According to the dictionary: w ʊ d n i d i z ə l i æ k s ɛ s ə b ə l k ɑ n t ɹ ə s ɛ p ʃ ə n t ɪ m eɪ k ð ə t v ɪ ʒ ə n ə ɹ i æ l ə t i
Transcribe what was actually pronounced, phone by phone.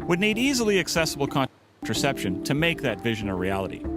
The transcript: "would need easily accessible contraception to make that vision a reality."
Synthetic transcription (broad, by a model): w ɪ d n i d i z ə l i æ k s ɛ s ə b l k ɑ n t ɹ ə s ɛ p ʃ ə n t ɪ m eɪ k ð ə t v ɪ ʒ ə n ə ɹ i æ l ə t i